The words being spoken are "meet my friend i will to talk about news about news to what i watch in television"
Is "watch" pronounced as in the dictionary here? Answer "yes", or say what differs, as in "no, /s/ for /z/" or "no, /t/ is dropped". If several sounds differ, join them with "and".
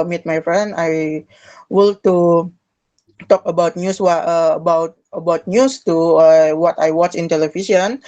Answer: yes